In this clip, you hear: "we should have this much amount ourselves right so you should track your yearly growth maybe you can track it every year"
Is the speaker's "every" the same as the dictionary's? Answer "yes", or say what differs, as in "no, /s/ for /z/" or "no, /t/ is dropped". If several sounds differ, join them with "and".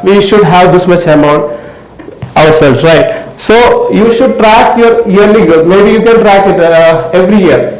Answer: yes